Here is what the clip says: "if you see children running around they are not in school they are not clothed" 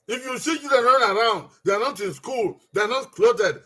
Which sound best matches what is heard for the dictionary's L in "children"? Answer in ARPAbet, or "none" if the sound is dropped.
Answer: none